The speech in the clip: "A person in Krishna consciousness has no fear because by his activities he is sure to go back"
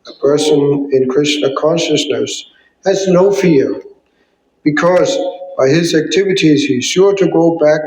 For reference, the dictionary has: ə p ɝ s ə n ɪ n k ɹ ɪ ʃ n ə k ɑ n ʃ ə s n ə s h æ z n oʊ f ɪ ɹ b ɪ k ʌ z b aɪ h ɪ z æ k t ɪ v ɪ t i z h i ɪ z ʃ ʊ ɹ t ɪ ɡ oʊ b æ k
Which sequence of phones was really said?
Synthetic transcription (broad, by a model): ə p ɝ s ə n ɪ n k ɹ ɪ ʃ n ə k ɑ n ʃ ə s n ə s h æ z n oʊ f ɪ ɹ b ɪ k ʌ z b aɪ ɪ z æ k t ɪ v ɪ t i z h i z ʃ ʊ ɹ t ɪ ɡ oʊ b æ k